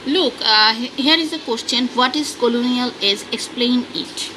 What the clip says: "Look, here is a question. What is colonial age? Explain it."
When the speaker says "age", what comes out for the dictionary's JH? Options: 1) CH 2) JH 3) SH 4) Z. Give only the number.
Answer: 4